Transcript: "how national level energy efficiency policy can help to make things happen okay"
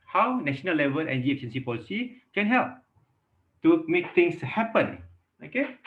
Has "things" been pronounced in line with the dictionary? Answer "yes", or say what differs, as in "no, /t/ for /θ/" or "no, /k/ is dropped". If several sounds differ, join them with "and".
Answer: no, /t/ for /θ/ and /s/ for /z/